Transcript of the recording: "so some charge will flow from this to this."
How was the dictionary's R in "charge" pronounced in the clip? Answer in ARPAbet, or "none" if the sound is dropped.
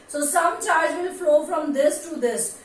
L